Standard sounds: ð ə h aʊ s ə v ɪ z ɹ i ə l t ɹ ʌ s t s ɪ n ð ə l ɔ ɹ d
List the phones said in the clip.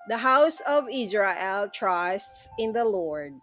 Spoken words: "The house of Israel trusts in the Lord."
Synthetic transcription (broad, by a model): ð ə h aʊ s ə v ɪ z ɹ i ə l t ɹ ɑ s t s ɪ n ð ə l ɔ ɹ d